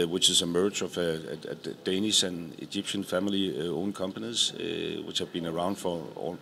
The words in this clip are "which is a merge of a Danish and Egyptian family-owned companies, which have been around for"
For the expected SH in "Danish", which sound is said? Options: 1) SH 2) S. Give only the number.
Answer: 2